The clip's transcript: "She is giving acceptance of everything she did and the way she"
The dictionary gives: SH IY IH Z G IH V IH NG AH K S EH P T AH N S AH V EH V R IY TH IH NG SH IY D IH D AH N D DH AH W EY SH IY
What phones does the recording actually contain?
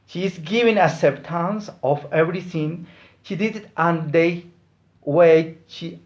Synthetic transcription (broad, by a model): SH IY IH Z G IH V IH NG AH S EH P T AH N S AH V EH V R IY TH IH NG SH IY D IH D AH N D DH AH W EY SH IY